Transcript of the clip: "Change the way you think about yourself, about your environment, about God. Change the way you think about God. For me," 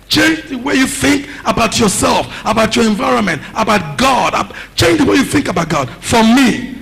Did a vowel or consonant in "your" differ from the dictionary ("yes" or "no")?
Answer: no